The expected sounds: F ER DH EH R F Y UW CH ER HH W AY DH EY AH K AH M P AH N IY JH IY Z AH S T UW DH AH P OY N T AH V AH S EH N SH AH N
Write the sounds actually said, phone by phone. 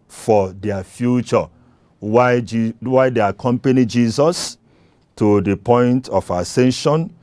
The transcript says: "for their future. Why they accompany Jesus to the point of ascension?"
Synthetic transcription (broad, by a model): F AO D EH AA F Y UW CH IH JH W AY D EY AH K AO M P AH N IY JH IY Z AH S T UW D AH P OY N T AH F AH S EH N SH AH N